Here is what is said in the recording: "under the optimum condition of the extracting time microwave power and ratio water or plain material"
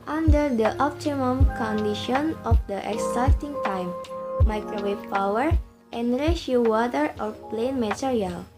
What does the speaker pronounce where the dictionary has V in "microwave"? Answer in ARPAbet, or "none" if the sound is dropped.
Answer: P